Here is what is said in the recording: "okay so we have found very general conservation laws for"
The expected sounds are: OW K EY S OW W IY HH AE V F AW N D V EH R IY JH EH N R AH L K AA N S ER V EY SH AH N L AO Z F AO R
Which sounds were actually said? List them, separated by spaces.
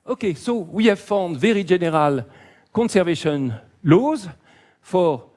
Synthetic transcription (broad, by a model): OW K EY S OW W IY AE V F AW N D V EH R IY ZH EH N R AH L K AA N S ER V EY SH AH N L AO Z F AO R